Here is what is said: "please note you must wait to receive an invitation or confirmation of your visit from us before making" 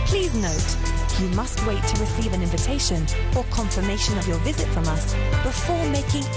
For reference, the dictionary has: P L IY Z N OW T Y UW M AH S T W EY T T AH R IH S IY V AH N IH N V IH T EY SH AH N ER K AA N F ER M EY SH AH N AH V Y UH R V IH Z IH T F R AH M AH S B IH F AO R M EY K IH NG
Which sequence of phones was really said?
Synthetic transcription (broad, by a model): P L IY Z N OW T Y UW M AH S T W EY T T AH R IH S IY V AH N IH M V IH T EY SH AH N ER K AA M F ER M EY SH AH N AH V Y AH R V IH Z IH T F R AH M AH S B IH F AO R M EY K IH NG